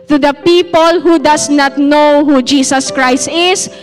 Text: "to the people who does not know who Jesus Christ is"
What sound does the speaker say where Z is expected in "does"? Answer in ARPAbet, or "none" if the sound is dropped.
S